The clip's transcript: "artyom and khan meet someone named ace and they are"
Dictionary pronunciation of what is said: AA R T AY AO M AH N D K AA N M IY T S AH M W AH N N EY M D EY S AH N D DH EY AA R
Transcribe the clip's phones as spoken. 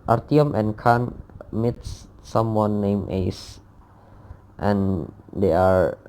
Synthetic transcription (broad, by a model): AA R T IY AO M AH N K AA N M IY T S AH M W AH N N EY M EY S AH N D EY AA R